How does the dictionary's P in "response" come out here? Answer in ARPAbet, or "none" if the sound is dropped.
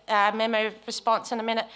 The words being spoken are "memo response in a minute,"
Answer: P